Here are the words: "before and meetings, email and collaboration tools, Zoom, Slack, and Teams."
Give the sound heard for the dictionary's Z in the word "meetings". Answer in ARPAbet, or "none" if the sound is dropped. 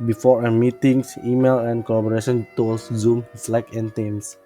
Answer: S